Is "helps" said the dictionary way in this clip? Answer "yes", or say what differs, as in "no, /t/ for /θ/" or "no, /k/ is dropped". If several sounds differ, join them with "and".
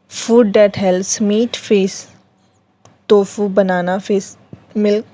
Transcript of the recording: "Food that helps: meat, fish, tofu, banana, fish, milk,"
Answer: no, /p/ is dropped